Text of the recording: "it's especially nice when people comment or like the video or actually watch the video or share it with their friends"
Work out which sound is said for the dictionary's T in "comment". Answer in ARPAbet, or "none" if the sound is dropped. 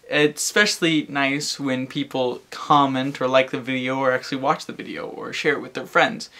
T